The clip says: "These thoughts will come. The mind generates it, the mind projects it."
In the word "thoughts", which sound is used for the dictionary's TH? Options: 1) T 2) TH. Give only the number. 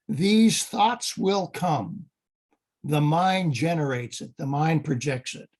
2